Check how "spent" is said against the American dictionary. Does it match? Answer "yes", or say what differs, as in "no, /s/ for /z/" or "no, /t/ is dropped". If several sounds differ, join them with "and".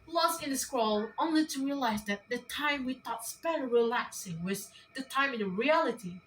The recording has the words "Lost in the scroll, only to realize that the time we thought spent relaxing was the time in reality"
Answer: no, /n/ is dropped